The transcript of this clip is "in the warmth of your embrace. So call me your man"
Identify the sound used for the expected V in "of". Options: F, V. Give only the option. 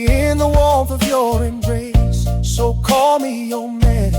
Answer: V